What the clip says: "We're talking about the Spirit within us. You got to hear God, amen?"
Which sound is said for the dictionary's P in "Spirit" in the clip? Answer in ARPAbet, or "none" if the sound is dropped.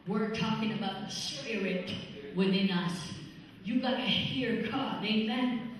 none